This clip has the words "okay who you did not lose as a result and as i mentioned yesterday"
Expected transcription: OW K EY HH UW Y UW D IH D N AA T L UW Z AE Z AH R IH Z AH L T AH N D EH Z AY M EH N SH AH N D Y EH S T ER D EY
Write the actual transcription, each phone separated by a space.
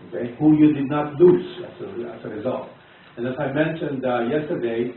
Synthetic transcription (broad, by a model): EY HH UW Y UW D IH D N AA T L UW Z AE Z AH R IH Z AH L T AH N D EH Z AY M EH N SH AH N D Y EH S T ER D EY